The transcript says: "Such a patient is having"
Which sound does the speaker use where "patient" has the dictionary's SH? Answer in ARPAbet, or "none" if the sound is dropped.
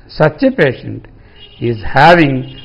SH